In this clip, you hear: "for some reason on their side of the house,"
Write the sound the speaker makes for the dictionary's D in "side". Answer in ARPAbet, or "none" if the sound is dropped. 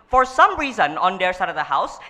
D